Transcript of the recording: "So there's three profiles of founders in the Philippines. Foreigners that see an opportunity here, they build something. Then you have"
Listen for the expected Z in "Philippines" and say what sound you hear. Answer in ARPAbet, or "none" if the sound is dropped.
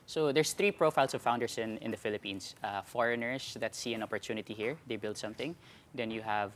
S